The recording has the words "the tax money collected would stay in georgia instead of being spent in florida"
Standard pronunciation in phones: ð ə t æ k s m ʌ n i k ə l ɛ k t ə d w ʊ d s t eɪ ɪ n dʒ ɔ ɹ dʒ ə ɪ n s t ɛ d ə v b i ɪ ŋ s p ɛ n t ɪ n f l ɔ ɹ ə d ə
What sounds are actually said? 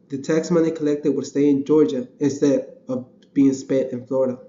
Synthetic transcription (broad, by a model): ð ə t æ k s m ʌ n i k ə l ɛ k t ə d w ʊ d s t eɪ ɪ n dʒ ɔ ɹ dʒ ə ɪ n s t ɛ d ə v b i ɪ ŋ s p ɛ t ɪ n f l ɔ ɹ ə d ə